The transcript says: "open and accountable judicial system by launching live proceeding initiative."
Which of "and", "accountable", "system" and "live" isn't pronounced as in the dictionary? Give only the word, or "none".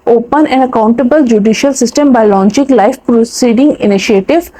live